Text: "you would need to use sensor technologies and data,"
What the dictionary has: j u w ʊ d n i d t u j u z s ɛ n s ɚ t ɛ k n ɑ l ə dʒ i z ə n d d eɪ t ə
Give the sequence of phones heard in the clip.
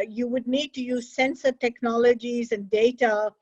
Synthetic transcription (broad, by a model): j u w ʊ d n i d t u j u z s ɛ n s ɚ t ɛ k n ɑ l ə dʒ i z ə n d d eɪ t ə